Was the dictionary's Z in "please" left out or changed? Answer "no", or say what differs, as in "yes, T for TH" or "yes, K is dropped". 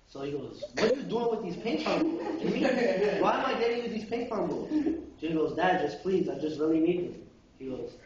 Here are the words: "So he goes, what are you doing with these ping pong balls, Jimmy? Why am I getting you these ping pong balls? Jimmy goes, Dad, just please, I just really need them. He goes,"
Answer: no